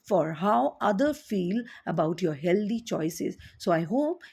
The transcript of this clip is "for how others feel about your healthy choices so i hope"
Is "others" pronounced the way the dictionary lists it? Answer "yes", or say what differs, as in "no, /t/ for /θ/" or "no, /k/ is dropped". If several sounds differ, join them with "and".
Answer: no, /z/ is dropped